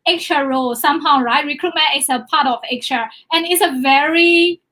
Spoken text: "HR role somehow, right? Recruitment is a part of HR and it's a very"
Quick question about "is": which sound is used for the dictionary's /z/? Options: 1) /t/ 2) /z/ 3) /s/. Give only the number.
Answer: 3